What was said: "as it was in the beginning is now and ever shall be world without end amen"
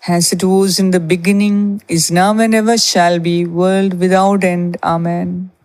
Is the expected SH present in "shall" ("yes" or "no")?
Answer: yes